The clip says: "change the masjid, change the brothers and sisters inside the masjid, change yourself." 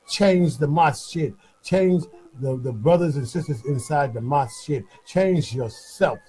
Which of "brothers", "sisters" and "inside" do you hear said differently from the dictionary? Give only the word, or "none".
none